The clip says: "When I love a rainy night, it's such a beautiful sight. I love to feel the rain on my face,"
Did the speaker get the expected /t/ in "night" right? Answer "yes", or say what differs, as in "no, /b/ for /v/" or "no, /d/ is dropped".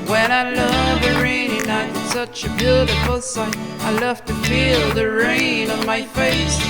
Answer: no, /t/ is dropped